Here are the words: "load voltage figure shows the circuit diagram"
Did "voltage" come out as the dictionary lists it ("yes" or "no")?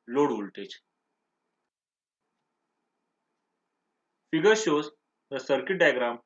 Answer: no